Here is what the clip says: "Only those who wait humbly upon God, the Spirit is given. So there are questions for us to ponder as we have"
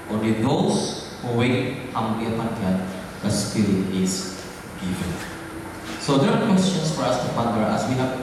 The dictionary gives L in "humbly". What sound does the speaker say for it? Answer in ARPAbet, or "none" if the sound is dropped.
none